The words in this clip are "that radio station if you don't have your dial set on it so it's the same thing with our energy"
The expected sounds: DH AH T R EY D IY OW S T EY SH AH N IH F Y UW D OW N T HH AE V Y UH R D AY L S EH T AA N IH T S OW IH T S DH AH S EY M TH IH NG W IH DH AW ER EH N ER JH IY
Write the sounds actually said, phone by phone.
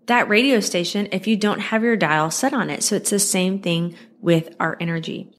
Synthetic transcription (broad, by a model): DH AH T R EY D IY OW S T EY SH AH N IH F Y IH D OW N T HH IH V Y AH R D AY L S EH T N IH T S OW IH T S DH AH S EY M TH IH NG W IH DH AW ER EH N ER JH IY